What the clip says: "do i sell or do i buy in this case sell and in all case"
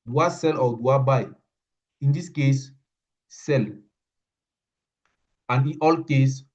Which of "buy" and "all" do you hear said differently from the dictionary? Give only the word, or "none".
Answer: none